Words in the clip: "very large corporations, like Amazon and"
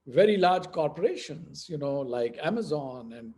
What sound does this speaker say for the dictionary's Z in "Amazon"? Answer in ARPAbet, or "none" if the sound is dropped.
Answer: Z